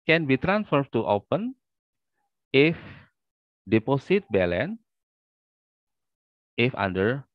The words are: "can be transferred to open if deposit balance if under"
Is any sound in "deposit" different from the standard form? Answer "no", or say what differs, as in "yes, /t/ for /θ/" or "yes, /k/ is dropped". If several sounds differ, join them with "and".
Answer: yes, /s/ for /z/